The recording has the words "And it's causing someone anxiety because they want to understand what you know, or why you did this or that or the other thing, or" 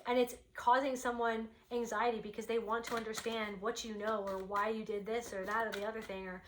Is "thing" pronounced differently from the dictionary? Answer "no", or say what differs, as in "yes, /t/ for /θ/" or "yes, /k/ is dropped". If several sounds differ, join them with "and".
no